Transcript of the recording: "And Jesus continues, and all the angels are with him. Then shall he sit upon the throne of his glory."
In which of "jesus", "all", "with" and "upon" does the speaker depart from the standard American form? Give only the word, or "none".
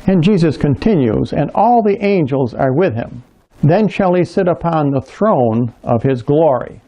none